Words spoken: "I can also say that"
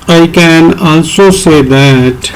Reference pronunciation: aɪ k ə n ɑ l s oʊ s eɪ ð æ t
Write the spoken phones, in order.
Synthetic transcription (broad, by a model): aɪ k ə n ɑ n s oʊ s eɪ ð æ t